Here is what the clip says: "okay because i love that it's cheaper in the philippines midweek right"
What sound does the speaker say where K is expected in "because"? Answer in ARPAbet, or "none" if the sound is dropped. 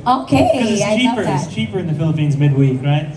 none